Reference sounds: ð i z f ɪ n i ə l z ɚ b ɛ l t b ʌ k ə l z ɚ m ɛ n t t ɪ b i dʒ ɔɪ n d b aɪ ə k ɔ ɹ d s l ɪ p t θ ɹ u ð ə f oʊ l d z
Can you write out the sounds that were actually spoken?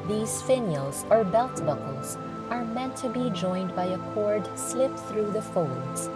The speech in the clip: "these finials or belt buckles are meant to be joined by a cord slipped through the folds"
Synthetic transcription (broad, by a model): ð i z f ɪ n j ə l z ɚ b ɛ l t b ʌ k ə l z ɚ m ɛ n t t ɪ b i dʒ ɔɪ n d b aɪ ə k ɔ ɹ d s l ɪ p θ ɹ u ð ə f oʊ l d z